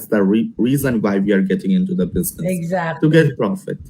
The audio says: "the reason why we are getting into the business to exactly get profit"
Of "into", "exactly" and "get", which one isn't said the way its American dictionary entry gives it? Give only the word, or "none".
exactly